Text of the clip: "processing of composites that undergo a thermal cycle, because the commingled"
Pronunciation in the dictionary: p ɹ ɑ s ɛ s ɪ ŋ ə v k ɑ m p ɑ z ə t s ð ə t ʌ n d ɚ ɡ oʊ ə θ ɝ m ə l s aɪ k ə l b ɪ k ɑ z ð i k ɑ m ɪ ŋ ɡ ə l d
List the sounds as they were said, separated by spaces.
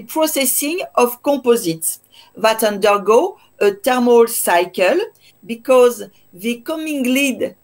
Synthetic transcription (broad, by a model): p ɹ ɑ s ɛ s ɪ ŋ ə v k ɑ p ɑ z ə t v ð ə t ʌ n d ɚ ɡ oʊ ə t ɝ m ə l s aɪ k ə l b ɪ k ɑ z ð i k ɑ m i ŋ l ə d